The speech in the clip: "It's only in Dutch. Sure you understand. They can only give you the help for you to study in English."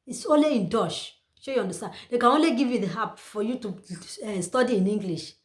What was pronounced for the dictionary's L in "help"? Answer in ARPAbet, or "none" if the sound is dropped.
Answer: none